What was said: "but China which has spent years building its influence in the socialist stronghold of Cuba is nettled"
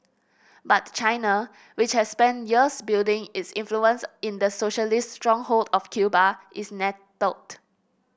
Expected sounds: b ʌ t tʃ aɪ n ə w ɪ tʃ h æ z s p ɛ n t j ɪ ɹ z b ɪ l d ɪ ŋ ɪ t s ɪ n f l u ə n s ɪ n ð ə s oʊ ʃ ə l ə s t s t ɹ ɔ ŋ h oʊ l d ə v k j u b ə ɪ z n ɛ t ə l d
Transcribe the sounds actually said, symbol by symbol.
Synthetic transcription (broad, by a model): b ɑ t tʃ aɪ n ə w ɪ tʃ h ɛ s p ɛ n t j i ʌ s b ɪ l d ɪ ŋ ɪ t s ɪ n f l u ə n s ɪ n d ə s oʊ ʃ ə l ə s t s t ɹ ɔ ŋ h oʊ l d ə f k j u b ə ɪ s n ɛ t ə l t